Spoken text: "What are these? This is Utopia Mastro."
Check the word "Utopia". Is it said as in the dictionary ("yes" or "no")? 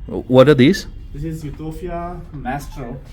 no